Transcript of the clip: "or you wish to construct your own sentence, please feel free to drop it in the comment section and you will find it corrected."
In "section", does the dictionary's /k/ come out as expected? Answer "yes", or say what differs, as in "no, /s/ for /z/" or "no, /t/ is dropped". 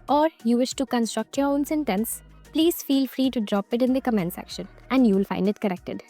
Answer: yes